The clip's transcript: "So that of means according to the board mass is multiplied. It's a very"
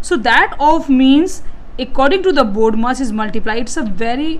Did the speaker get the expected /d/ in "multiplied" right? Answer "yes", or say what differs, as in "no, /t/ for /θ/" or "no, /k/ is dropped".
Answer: no, /d/ is dropped